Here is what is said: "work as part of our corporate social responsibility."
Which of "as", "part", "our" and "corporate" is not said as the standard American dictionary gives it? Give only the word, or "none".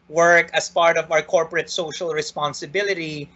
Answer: as